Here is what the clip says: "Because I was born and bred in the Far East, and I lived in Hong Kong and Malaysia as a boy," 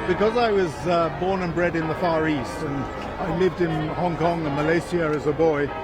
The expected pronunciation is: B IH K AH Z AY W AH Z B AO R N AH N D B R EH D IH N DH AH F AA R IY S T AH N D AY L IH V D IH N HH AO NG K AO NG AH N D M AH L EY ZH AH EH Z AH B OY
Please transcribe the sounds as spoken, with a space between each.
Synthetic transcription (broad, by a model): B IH K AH Z AY W AH Z B AO R N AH N B R EH D IH N DH AH F AA R IY S T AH N AY L IH V D IH N HH AO NG K AO NG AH M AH L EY S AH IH Z AH B OY